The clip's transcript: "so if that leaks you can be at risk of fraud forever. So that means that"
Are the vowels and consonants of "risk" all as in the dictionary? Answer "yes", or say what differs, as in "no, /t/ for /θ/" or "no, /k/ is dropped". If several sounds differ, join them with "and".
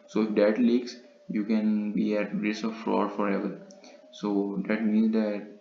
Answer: no, /k/ is dropped